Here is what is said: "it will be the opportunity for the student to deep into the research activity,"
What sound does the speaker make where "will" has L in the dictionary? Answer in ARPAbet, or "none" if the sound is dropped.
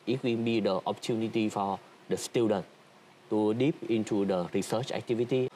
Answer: N